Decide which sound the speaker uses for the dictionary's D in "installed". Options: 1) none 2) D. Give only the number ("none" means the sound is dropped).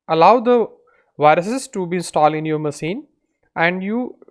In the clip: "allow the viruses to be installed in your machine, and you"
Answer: 1